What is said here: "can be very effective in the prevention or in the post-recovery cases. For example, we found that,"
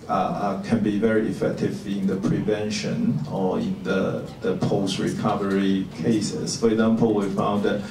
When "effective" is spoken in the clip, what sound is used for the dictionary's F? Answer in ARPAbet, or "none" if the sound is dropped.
F